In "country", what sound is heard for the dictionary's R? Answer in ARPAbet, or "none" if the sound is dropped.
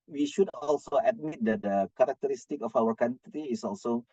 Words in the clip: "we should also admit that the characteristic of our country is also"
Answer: none